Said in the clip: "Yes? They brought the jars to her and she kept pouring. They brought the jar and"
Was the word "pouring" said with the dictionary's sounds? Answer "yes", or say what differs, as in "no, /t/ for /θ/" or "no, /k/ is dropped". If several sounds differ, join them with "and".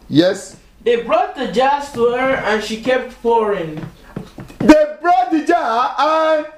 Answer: no, /f/ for /p/